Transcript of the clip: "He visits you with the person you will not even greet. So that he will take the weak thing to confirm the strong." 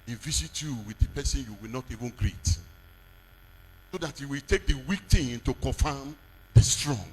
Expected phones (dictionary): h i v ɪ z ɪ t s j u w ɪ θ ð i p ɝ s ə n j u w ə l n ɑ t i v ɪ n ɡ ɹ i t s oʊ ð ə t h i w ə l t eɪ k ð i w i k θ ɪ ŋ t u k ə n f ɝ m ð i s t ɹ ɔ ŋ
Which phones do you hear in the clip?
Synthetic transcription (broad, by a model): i v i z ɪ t j u w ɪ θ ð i p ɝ s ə n j u w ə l n ɑ t i v ɪ n ɡ ɹ i t s oʊ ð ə t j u w ə l t eɪ k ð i w i k t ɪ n t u k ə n f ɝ m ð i s t ɹ ɔ ŋ